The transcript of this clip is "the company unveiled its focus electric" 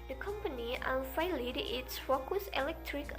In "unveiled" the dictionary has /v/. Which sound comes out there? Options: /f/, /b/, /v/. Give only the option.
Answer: /f/